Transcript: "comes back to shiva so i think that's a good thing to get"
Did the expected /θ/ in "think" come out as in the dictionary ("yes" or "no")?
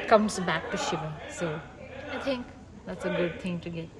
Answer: no